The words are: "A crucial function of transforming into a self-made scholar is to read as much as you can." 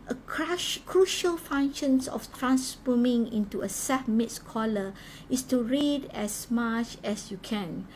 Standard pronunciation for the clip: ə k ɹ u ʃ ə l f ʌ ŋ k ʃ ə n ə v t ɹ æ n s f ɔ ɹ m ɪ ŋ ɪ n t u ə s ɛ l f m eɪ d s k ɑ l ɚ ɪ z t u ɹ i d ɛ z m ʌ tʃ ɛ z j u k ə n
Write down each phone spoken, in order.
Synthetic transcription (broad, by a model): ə k ɹ u ʃ ə l f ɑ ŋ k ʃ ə n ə f t ɹ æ n s f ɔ m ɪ ŋ ɪ n t u ə s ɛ f m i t s k ɑ l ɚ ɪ s t u ɹ i d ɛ s m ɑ tʃ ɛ s j u k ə n